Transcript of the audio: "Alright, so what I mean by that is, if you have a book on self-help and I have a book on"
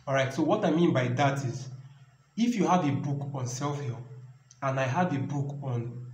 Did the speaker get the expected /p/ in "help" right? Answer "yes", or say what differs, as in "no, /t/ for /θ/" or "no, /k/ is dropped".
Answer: no, /p/ is dropped